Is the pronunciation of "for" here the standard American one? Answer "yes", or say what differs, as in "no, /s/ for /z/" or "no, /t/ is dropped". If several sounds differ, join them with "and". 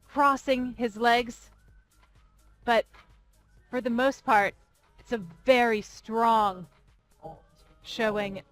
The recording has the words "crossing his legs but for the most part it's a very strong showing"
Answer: yes